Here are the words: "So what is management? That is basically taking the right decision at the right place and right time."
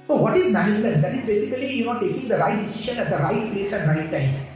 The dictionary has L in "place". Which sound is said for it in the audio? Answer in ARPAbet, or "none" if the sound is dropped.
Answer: L